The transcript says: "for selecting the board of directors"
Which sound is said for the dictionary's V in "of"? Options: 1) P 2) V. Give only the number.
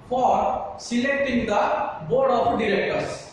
1